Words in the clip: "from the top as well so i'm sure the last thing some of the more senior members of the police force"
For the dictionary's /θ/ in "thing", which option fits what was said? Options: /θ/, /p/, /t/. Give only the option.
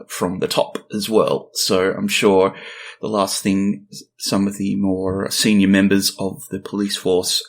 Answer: /θ/